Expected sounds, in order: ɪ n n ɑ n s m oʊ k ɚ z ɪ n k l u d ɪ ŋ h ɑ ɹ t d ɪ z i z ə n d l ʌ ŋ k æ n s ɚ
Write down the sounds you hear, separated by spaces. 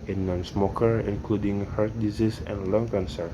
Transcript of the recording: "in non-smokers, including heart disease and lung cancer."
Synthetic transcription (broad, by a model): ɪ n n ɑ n s m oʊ k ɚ ɪ n k l u d ɪ ŋ h ɑ ɹ t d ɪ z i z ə n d l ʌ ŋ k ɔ n s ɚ